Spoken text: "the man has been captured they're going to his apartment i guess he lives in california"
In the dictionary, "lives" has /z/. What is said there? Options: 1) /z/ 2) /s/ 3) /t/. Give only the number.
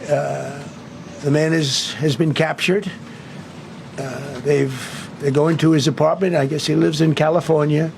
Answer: 1